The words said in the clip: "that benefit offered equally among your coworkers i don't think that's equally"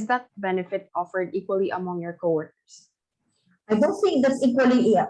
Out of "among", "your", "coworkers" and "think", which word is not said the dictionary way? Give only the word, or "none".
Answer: coworkers